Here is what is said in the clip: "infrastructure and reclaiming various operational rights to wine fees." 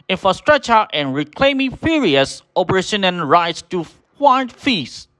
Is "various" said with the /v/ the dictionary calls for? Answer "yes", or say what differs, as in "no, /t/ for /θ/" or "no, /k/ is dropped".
no, /f/ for /v/